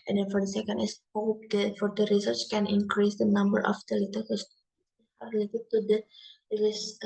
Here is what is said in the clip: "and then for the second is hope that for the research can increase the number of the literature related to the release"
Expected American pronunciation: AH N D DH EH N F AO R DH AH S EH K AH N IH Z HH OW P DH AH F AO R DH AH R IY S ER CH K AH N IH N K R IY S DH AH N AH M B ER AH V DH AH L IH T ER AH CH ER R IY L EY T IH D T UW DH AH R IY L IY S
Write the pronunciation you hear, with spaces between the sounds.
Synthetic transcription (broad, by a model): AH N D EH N F AO R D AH S EH K AH N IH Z HH OW P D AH F AO R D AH R IY S ER CH K AH N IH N K R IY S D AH N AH M B ER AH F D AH L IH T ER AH S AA R IY L EY T IH D T UW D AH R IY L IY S